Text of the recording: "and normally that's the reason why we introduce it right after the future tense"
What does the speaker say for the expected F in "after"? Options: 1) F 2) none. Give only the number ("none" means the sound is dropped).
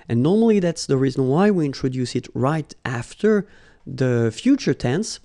1